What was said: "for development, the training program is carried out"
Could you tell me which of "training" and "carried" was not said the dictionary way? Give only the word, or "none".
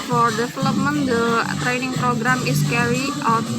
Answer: carried